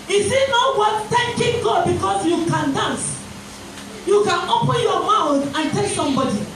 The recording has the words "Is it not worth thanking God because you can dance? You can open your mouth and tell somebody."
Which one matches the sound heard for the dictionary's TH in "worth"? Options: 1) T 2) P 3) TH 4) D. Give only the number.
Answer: 1